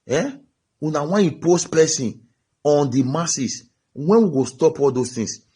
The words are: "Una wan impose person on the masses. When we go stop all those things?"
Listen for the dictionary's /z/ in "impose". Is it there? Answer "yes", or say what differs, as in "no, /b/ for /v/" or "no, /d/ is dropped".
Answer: no, /s/ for /z/